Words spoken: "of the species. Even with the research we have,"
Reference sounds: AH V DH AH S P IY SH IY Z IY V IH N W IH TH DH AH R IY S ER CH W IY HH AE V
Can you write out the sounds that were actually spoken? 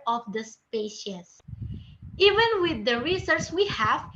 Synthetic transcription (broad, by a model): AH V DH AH S P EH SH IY S IY V IH N W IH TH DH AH R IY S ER S W IY HH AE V